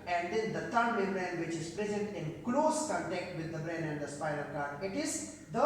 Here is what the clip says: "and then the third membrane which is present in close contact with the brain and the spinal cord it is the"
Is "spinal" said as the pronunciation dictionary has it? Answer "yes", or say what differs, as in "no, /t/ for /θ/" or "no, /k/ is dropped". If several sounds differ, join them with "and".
no, /l/ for /n/